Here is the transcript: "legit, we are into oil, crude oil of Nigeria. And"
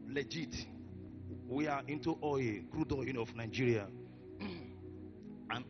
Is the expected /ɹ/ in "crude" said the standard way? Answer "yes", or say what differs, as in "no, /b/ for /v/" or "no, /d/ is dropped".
yes